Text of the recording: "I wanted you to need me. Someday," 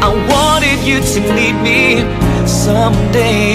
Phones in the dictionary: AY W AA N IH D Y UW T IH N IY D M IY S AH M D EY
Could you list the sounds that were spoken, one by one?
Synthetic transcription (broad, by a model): AY W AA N IH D Y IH T IH L IY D M IY S AH M D EY